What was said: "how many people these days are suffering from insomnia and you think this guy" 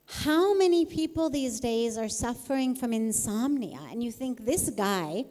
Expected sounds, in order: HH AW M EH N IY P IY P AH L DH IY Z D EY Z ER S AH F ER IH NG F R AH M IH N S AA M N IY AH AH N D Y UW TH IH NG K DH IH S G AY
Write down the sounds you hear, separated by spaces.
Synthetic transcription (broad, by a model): HH AW M EH N IY P IY P L DH IY Z D EY Z ER S AH F ER IH NG F R AH M IH N S AA M N IY AH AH N Y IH TH IH NG K DH IH S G AY